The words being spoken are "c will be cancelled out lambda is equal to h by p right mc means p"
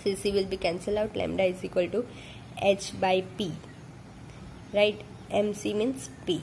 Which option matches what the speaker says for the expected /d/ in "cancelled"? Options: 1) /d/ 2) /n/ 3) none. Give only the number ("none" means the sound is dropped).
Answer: 3